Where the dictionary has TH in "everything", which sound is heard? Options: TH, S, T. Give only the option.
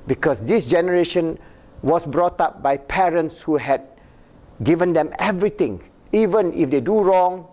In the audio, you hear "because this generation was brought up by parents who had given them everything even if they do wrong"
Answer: T